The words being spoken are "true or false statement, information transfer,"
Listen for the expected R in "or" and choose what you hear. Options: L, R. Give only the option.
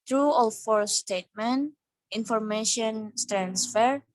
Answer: L